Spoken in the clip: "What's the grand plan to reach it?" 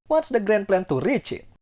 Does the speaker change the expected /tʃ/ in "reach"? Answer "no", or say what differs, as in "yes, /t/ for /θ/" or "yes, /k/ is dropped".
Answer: no